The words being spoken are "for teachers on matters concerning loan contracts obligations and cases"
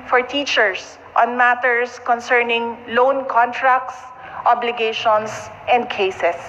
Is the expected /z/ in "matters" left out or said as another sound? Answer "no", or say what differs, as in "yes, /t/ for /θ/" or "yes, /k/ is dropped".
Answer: yes, /s/ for /z/